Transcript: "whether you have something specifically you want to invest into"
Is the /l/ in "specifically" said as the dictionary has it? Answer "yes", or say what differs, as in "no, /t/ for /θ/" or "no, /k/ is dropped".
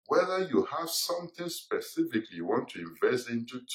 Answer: yes